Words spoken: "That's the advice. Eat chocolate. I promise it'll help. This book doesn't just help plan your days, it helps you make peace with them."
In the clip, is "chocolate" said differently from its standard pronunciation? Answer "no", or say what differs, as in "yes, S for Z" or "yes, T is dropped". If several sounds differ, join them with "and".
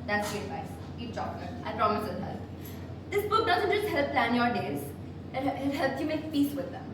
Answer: yes, L is dropped